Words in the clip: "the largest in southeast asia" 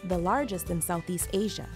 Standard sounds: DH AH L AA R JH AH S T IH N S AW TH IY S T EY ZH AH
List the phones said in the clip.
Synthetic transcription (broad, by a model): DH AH L AA R JH AH S T IH N S AW TH IY S T EY ZH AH